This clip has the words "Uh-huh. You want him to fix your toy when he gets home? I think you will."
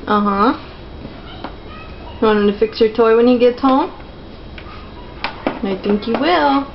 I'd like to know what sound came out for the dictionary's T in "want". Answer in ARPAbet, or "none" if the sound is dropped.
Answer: none